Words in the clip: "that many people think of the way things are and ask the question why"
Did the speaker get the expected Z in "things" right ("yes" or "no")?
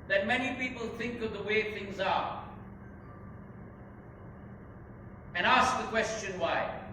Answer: yes